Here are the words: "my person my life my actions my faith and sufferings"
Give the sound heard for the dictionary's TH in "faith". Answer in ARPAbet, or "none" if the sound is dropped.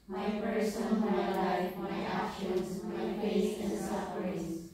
S